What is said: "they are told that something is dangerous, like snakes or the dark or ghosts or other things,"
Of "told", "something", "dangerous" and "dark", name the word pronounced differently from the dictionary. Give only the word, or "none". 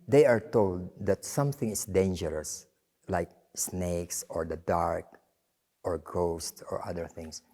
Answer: none